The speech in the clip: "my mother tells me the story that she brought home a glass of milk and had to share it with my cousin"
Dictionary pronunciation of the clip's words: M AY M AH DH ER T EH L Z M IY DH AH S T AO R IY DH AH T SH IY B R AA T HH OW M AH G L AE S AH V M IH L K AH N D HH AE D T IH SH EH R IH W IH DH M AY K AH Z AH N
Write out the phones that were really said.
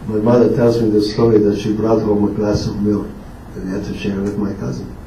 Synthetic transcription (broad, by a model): M AY M AH DH ER T EH L Z M IY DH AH S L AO L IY DH AH T SH IY B R AA T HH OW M AH G L AE S AH V M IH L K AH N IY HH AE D T IH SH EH R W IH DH M AY K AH Z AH N